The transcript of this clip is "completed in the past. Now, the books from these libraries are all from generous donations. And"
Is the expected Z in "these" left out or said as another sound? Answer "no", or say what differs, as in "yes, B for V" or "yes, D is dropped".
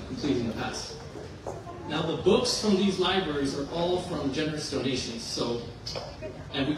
no